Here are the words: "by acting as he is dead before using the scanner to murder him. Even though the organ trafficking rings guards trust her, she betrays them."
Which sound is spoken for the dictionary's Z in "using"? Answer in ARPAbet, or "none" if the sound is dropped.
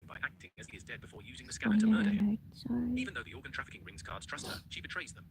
Z